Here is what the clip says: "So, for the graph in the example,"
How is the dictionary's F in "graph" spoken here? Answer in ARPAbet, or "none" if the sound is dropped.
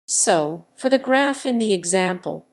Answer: F